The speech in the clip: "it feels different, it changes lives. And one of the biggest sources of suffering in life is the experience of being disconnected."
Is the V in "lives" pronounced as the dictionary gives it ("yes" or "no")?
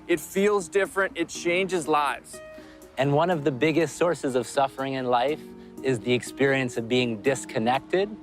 yes